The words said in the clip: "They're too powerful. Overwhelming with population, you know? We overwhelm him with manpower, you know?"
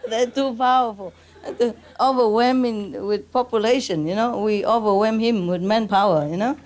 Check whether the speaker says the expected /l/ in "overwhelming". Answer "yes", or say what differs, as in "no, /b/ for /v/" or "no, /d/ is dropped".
no, /l/ is dropped